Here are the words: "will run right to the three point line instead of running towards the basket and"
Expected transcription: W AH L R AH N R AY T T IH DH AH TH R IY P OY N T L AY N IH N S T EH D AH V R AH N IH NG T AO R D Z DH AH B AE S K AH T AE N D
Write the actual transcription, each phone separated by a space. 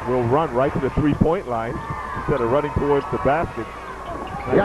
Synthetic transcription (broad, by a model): W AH L R AH N R AY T T IH DH AH TH R IY P OY N T L AY N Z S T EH D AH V R AH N IH NG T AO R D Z DH AH B AE S K AH T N